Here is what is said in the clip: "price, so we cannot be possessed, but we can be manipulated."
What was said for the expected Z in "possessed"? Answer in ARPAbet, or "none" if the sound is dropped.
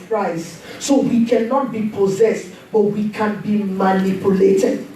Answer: Z